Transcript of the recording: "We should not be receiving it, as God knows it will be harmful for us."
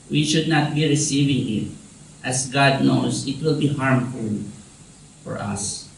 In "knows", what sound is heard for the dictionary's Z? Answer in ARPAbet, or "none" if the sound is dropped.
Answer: S